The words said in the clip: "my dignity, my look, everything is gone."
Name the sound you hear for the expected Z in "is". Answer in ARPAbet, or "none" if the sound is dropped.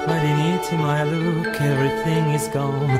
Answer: Z